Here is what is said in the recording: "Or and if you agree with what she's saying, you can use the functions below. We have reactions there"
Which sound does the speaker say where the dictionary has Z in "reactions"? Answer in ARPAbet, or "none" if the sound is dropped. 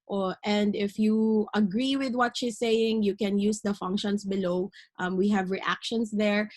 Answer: S